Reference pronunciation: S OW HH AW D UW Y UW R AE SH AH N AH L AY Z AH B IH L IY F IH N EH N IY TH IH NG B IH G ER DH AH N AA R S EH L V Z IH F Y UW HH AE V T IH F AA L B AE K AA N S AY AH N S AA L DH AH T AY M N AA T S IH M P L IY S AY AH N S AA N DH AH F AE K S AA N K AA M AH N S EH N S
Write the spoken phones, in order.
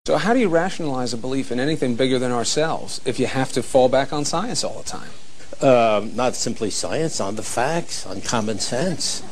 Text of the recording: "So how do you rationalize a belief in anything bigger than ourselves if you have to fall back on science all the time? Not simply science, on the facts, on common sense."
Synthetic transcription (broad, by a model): S OW HH AW D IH Y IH R AE SH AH N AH L AY Z AH B IH L IY F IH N EH N IY TH IH NG B IH G ER DH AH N AA R S EH L V Z IH F Y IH HH AE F T IH F AA L B AE K N S AY AH N S AA L DH AH T AY M N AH T S IH M P L IY S AY AH N S N DH AH F AE K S N K AA M AH N S EH N S